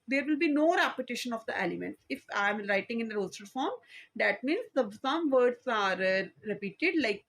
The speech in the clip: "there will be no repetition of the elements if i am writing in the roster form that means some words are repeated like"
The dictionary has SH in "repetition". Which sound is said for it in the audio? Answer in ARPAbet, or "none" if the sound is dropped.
SH